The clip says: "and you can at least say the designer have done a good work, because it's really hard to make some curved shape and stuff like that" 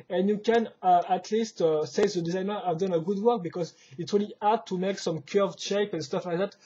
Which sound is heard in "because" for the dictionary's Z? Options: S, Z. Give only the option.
Z